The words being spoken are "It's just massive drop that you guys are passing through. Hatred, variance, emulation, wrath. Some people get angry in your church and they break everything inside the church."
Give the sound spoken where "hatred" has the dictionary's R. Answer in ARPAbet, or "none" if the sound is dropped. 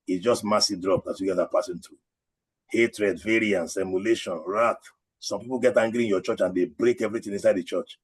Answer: R